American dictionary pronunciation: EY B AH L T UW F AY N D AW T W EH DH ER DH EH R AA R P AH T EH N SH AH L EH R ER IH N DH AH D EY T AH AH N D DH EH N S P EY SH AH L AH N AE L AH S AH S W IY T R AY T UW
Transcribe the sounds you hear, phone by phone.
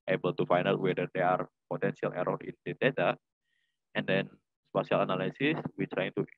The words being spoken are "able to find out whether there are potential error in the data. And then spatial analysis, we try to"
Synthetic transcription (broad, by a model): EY B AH L T UW F AY N AW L W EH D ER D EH AA R P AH T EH N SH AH L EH R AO IH N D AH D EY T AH AH N D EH N S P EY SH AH L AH N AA L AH S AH S W IY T R AY T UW